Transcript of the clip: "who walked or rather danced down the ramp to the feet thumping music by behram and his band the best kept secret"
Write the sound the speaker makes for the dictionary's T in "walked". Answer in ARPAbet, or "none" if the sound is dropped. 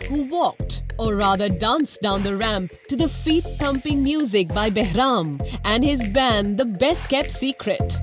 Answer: T